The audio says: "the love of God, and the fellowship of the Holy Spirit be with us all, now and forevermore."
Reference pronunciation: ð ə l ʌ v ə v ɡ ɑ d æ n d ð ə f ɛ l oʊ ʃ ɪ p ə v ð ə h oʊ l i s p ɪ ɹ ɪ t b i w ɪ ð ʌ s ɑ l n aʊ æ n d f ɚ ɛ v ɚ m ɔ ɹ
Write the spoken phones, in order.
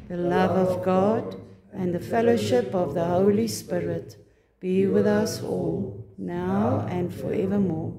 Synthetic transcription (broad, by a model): ð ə l ʌ v ə v ɡ ɑ d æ n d ð ə f ɛ l oʊ ʃ ɪ p ə v ð ə h oʊ l i s p ɪ ɹ ɪ t b i w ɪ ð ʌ s ɑ l n aʊ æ n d f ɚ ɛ v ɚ m ɔ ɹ